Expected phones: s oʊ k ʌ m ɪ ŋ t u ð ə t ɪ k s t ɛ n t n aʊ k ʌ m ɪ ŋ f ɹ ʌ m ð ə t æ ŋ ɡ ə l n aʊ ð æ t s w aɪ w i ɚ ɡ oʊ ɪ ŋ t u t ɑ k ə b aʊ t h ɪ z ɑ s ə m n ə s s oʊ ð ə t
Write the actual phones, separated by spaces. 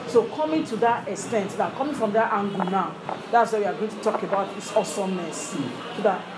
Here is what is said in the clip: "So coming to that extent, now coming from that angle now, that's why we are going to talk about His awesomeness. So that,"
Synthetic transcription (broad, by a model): s oʊ k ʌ m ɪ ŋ t u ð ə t ɪ k s t ɛ n t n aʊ k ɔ m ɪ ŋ f ɹ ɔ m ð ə t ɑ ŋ ɡ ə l n aʊ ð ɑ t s w aɪ w i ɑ ɡ oʊ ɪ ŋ t u t ɑ k ə b aʊ t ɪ s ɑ s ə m ə s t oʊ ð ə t